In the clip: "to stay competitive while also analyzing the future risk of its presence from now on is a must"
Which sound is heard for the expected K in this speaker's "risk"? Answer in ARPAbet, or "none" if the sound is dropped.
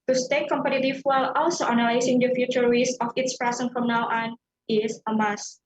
none